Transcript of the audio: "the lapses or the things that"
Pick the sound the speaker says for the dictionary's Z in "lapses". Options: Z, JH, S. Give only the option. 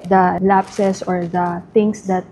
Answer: S